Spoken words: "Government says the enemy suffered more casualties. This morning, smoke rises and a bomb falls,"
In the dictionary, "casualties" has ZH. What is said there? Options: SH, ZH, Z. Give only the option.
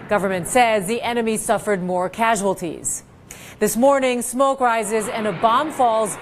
ZH